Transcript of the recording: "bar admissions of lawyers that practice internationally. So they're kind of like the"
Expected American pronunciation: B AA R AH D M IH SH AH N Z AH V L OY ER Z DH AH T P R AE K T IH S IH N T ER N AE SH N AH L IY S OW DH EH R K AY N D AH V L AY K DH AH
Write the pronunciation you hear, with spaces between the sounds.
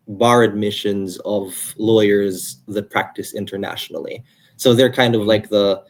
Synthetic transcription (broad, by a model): B AA R AH D M IH SH AH N Z AH V L OY ER Z DH AH T P R AE K T IH S IH N T ER N AE SH N L IY S OW DH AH R K AY N D AH V L AY K DH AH